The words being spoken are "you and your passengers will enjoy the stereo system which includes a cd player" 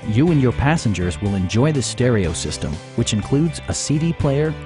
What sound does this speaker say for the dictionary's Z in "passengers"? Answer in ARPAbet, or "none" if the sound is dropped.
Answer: Z